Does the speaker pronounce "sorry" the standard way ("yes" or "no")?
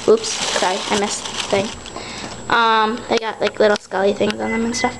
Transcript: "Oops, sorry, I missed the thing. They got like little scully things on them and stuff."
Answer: no